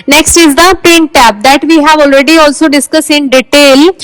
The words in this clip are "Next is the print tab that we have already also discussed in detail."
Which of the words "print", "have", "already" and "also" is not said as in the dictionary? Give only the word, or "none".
print